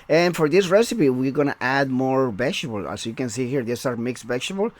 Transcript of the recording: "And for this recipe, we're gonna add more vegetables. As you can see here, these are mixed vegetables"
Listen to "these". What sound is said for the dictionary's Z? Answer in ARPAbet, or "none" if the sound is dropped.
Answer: S